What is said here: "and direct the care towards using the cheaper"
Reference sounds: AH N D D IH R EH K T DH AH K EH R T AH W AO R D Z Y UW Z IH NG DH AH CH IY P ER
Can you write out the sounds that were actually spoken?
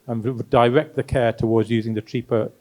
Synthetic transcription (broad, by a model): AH N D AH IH R EH K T DH AH K EH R T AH W AO D Z Y UW Z IH NG DH AH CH IY P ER